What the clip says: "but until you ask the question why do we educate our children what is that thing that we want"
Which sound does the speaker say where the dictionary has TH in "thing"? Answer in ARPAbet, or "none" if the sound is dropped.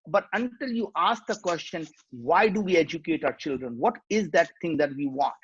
T